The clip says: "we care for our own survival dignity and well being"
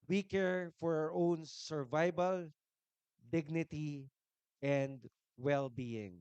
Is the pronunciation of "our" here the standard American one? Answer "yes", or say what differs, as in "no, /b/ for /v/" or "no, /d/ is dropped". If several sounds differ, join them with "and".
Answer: yes